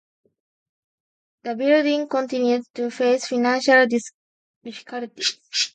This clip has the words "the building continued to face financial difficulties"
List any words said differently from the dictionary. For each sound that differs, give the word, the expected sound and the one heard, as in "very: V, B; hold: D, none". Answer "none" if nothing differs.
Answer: difficulties: Z, none